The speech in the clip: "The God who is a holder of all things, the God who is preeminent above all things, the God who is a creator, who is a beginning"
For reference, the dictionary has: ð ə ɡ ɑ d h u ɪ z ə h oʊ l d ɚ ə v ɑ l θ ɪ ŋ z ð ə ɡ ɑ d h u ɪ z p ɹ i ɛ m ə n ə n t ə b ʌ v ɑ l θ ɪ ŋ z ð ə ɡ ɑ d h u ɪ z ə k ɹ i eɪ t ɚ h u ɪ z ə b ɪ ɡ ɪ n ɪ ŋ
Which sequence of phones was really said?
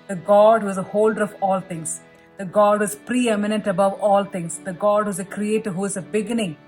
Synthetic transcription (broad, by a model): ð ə ɡ ɑ d h u ɪ z ə h oʊ l d ɚ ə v ɑ l t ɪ ŋ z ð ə ɡ ɑ d ɪ z p ɹ i ɛ m ə n ə n t ə b ʌ v ɑ l t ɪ ŋ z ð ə ɡ ɑ d h u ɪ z ə k ɹ i eɪ t ɚ h u ɪ z ə b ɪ ɡ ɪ n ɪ ŋ